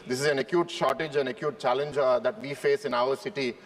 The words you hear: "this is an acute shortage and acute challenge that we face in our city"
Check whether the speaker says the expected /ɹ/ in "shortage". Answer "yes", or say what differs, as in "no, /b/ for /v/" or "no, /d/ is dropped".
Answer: yes